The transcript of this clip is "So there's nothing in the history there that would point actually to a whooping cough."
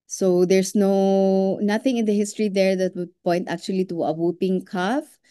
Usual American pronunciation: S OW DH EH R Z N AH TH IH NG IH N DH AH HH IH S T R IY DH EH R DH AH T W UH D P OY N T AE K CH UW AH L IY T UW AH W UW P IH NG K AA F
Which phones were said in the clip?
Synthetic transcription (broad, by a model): S OW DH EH R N N AH TH IH NG IH N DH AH HH IH S T R IY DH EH R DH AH T W UH D P OY N T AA K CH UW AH L IY T UW AH W UW P IH NG K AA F